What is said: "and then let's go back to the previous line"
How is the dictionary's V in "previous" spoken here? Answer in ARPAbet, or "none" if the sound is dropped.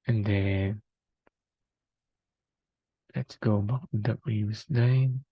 W